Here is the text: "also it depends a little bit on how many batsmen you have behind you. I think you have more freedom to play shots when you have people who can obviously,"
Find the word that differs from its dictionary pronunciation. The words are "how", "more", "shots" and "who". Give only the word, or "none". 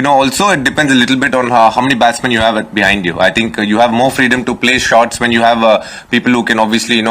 none